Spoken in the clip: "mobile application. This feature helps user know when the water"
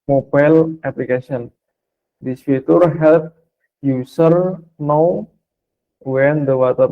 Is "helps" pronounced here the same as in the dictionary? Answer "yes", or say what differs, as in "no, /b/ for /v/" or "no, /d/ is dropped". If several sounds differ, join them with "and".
no, /s/ is dropped